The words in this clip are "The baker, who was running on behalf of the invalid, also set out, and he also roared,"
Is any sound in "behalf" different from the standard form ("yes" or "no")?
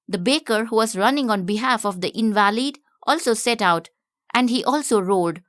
no